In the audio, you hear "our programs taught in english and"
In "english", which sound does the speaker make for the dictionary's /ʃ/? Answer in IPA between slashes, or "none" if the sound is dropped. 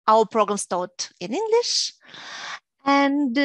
/ʃ/